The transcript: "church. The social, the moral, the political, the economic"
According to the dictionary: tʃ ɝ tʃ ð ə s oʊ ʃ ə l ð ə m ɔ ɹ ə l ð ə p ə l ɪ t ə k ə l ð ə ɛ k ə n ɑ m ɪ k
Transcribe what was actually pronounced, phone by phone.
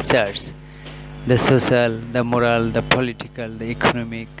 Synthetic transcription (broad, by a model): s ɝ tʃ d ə s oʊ s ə l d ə m ɔ ɹ ə l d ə p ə l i t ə k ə l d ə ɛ k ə n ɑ m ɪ k